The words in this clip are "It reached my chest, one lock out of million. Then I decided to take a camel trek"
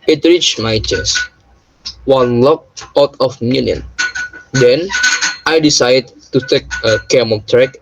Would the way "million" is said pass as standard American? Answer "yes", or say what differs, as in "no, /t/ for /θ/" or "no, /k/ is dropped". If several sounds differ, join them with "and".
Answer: no, /n/ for /l/